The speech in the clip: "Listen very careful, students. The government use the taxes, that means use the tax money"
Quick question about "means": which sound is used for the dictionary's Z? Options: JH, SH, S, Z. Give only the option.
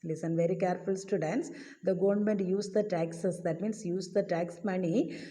S